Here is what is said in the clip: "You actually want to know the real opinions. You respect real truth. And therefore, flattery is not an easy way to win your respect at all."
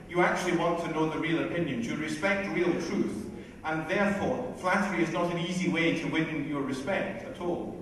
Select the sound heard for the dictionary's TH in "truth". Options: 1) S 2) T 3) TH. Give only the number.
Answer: 3